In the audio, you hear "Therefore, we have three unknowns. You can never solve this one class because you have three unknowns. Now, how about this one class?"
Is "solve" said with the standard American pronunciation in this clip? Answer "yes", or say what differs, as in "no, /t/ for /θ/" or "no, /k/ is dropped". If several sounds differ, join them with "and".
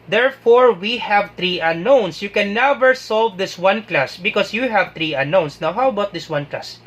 yes